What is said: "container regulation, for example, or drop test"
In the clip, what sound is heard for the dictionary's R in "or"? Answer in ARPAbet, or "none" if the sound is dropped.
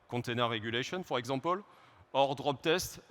R